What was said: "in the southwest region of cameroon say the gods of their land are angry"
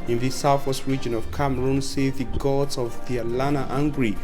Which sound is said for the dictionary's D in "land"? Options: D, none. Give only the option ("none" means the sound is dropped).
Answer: none